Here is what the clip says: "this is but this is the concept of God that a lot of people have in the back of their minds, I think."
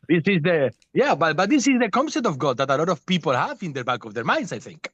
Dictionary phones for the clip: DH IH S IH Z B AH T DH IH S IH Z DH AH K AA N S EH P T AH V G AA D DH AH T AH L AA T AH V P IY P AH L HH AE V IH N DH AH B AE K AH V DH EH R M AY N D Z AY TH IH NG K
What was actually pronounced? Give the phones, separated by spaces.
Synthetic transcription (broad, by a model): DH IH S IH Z B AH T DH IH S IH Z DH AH K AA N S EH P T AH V G AA D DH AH T AH L AA T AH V P IY P AH L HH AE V IH N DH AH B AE K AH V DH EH R M AY N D S AY TH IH NG K